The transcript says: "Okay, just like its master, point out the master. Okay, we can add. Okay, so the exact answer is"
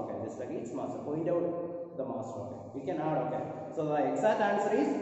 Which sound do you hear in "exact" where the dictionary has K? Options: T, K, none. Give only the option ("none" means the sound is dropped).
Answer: none